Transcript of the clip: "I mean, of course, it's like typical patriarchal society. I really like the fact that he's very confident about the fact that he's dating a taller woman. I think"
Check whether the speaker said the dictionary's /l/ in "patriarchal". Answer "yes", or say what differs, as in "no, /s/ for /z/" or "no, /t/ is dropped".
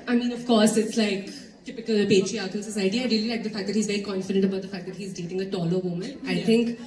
no, /n/ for /l/